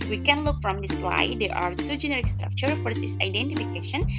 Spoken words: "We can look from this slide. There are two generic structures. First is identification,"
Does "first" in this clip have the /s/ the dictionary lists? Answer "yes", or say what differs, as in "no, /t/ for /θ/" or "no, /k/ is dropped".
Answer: no, /s/ is dropped